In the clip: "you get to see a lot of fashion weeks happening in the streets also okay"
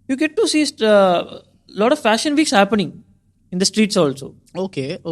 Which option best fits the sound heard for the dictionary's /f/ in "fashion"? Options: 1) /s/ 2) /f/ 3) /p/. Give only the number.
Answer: 2